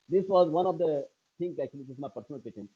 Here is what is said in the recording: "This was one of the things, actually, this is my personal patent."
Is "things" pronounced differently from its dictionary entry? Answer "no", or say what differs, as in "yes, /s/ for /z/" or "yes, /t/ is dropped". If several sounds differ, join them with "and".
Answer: yes, /t/ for /θ/